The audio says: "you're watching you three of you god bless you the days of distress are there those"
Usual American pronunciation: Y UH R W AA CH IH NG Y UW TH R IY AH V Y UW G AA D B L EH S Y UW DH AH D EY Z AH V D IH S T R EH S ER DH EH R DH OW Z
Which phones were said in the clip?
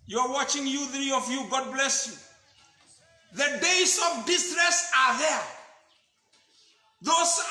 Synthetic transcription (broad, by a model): Y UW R W AA CH IH NG Y UW TH R IY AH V Y UW G AA D B L EH S Y UW DH AH D EY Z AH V D IH S T R EH S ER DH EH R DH OW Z